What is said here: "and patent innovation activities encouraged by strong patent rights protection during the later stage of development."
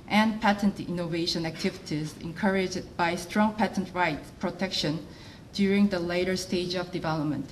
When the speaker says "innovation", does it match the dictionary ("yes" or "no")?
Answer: yes